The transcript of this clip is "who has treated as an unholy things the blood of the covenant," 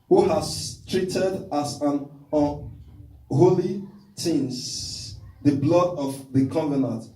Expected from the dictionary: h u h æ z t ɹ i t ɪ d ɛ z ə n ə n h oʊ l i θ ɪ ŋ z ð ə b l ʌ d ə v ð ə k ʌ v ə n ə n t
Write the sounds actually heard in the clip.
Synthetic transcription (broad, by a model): h u h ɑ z t ɹ i t ɪ d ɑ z ə n ə n h oʊ l i t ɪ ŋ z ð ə b l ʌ d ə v ð ə k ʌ v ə n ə n t